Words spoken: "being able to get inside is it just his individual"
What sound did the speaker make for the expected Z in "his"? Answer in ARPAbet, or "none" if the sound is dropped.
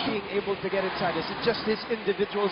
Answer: Z